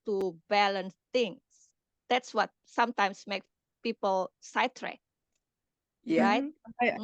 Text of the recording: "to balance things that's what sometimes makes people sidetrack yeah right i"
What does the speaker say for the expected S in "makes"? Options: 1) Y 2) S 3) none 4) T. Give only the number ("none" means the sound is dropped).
3